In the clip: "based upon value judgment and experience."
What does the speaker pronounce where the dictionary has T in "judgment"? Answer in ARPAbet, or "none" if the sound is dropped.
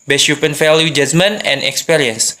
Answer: none